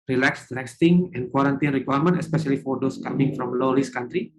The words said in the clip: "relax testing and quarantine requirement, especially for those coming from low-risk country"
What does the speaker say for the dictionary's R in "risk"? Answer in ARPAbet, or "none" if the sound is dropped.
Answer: L